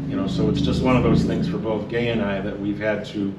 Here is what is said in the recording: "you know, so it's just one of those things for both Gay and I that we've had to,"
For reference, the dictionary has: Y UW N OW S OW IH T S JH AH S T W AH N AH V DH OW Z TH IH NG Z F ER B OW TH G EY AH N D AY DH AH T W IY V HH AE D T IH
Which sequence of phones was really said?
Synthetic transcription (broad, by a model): Y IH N OW S OW IH T S JH AH S T W AH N AH V DH OW Z TH IH NG Z F ER B OW TH G EY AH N AY DH AH T W IY V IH D T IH